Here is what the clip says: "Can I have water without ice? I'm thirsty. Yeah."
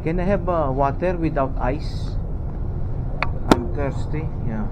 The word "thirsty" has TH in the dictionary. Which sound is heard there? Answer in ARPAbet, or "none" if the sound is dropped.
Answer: T